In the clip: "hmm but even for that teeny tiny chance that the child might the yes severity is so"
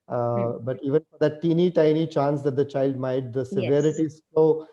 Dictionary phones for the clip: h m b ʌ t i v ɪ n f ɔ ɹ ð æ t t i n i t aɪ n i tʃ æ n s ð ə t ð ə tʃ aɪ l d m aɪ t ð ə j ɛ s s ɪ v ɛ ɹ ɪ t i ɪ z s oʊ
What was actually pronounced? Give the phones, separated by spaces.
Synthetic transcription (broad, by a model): b ʌ t i v ɪ n f ɔ ɹ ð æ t t i n i t aɪ n i tʃ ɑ n s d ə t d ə tʃ aɪ l d m aɪ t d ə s s ɪ v ɛ ɹ ɪ t i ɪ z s oʊ